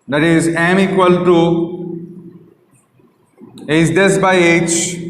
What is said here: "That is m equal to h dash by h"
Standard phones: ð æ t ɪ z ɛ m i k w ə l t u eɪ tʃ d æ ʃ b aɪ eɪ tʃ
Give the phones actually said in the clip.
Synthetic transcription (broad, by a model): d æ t ɪ z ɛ m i k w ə l t u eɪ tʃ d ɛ s b aɪ eɪ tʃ